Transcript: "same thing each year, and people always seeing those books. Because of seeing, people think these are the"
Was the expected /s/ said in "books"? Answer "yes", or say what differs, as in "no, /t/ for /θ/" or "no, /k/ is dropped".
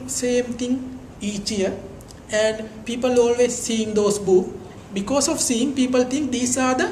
no, /s/ is dropped